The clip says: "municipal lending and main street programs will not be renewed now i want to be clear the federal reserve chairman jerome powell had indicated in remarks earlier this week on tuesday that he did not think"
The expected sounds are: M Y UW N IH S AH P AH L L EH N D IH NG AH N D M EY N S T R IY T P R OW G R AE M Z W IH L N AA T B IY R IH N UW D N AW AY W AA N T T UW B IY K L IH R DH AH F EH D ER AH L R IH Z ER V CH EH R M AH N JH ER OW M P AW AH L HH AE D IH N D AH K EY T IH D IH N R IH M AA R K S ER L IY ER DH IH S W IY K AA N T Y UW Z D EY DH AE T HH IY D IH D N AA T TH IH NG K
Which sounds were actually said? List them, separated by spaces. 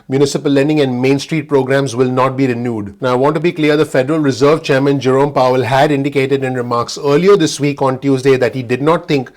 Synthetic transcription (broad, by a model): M Y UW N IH S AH P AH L L EH N D IH NG AH N D M EY N S T R IY T P R OW G R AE M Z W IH L N AA T B IY R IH N UW D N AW AY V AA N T T UW B IY K L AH R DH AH F EH D ER AH L R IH Z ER V CH EH R M AH N JH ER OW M P AW AH L HH AE D IH N D AH K EY T IH D IH N R IH M AA R K S ER L IY ER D IH S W IY K AA N T Y UW Z D EY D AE T HH IY D IH D N AA T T IH NG K